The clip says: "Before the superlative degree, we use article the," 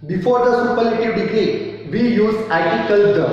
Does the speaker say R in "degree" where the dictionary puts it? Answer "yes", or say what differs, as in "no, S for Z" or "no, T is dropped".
no, R is dropped